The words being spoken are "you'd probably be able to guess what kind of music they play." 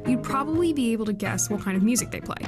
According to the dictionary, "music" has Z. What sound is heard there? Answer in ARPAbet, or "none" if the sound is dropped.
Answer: Z